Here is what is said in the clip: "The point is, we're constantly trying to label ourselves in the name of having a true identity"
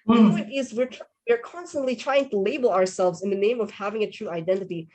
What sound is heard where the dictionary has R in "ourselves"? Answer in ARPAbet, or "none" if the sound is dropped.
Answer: R